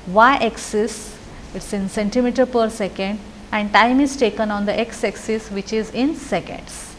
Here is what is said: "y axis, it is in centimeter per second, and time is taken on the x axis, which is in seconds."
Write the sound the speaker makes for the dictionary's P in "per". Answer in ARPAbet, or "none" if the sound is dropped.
P